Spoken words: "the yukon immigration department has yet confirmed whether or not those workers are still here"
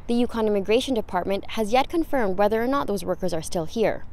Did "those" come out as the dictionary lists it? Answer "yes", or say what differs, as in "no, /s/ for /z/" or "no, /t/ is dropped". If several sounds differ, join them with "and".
yes